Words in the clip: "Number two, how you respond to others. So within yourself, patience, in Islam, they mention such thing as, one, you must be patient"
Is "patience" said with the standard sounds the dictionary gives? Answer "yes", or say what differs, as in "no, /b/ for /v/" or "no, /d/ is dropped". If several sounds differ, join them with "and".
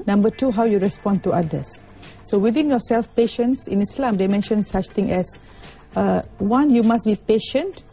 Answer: yes